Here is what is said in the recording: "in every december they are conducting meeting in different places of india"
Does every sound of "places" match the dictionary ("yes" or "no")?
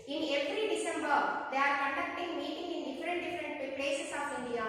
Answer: no